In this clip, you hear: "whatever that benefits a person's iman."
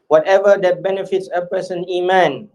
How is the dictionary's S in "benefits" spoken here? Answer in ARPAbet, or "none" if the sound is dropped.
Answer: S